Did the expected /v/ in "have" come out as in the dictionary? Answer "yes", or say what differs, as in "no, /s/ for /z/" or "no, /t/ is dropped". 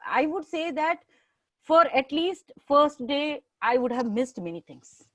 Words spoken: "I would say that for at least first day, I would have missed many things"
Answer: yes